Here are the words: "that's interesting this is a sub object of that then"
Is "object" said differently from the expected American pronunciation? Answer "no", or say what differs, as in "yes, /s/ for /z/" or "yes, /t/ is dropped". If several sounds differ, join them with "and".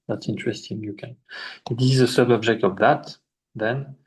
no